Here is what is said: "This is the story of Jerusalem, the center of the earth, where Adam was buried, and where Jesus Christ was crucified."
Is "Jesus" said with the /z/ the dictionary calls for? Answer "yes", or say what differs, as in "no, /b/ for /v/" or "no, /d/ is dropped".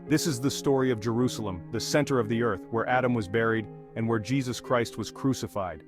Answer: yes